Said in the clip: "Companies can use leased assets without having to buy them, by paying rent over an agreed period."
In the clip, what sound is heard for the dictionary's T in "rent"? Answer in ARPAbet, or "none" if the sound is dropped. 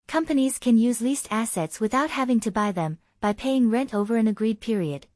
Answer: T